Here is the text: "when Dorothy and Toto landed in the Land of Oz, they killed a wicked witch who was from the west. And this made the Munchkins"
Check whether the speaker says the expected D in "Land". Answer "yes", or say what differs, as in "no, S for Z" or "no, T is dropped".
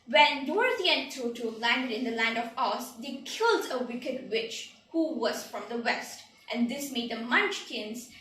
no, D is dropped